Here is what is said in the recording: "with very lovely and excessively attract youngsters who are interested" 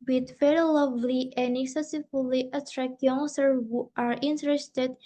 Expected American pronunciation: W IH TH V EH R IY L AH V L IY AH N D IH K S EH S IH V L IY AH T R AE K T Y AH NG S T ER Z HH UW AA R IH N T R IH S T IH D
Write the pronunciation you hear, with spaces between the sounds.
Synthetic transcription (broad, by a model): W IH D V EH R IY L AH V L IY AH N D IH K S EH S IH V L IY AH T R AE K T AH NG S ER HH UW AA R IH N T R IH S T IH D